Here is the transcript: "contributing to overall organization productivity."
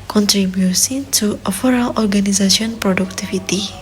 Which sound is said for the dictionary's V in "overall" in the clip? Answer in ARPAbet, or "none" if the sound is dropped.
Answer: F